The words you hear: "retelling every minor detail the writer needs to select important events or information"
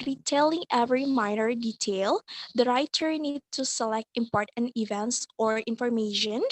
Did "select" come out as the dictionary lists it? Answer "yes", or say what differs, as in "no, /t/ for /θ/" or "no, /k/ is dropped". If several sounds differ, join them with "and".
yes